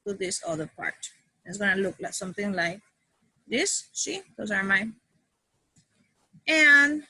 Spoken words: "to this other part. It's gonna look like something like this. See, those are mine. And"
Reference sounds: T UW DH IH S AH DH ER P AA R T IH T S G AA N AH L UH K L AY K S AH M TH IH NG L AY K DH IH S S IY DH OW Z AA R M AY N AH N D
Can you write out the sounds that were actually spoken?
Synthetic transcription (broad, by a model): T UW DH IH S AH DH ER P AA R T IH T S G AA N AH L UH K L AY S AH M TH IH NG L AY K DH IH S SH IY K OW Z AA R M AY N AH N